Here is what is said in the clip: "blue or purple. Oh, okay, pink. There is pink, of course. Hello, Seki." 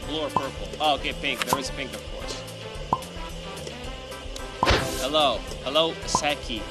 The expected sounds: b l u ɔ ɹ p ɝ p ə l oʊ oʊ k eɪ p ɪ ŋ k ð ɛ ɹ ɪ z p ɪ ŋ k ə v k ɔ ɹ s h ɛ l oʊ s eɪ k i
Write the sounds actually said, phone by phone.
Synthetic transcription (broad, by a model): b l ɔ ɹ f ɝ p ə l oʊ oʊ k eɪ p ɪ ŋ k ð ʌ ɹ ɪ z p ɪ ŋ k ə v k ɔ ɹ s h ɛ l oʊ s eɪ k i